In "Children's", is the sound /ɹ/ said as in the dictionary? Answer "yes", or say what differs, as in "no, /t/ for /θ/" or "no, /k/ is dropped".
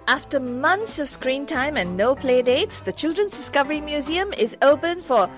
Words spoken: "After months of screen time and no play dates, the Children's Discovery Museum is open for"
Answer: yes